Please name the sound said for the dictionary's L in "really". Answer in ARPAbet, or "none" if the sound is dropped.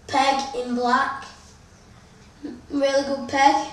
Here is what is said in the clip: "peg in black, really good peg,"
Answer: L